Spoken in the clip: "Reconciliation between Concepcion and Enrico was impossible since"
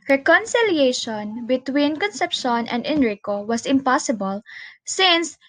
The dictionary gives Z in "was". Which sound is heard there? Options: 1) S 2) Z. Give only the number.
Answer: 1